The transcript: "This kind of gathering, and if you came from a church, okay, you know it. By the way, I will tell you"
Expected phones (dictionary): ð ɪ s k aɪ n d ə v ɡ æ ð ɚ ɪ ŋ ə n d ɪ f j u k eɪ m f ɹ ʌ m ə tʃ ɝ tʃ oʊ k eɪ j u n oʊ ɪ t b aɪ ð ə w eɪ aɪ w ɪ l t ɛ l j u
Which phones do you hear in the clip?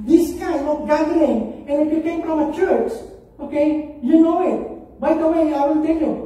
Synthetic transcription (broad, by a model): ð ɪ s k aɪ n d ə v ɡ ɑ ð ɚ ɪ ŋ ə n ɪ f j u k eɪ m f ɹ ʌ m ə tʃ ɝ tʃ oʊ k eɪ j u n oʊ ɪ t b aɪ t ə w eɪ aɪ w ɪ n t ɛ l j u